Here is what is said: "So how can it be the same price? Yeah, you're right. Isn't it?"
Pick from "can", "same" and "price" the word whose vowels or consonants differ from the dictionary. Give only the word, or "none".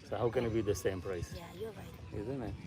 none